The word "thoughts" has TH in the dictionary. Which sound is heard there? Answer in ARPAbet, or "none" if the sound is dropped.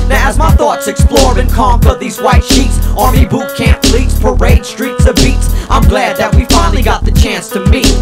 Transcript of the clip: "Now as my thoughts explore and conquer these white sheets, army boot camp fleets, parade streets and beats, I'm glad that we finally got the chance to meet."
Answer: TH